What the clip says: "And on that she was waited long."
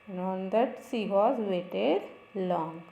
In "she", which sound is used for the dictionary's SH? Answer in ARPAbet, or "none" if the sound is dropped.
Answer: S